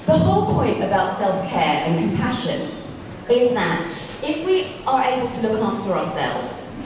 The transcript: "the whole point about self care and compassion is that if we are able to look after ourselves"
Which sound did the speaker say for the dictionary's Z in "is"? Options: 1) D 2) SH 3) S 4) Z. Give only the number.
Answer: 4